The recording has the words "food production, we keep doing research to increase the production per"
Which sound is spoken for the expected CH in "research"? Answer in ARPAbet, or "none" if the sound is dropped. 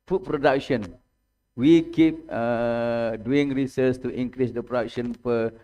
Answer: S